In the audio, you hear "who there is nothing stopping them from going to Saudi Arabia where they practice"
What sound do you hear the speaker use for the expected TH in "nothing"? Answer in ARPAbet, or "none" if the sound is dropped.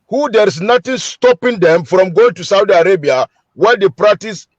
T